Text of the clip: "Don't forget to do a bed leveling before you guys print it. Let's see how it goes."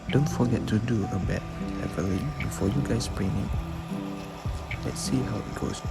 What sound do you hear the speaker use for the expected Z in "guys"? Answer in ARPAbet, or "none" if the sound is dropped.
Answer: S